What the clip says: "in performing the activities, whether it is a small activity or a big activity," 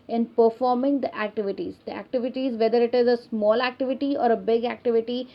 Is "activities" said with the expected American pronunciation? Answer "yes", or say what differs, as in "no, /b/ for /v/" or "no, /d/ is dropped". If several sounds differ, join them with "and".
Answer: yes